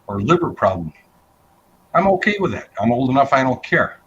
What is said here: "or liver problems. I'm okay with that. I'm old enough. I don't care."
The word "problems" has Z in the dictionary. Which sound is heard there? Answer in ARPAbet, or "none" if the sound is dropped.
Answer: none